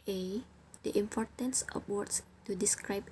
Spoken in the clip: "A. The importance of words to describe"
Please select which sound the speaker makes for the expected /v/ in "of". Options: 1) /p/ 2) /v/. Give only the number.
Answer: 1